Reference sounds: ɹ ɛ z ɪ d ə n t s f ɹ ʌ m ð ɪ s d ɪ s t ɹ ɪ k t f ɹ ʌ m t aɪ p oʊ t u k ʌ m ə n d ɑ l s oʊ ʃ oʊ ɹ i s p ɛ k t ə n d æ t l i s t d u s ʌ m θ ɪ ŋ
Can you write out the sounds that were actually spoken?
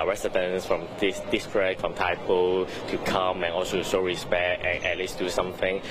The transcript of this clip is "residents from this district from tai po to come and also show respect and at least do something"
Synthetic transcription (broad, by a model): ɹ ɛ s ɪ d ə n s f ɹ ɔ m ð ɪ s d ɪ s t ɹ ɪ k f ɹ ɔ m t aɪ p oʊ t u k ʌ m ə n ɑ l s oʊ s oʊ ɹ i s p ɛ k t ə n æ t l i s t d u s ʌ m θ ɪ ŋ